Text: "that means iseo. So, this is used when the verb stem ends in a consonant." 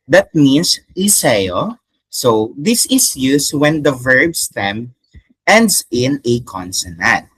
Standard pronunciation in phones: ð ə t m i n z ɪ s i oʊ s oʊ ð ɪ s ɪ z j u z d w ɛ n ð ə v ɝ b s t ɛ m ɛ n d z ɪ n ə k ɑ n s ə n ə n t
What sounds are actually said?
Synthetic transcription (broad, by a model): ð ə t m i n s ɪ s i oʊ s oʊ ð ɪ s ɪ s j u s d w ɛ n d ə v ɝ b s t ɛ m ɛ n d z ɪ n ə k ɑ n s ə n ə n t